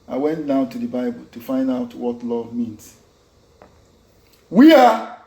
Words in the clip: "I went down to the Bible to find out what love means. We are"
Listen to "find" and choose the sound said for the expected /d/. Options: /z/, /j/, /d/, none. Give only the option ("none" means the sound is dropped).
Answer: /d/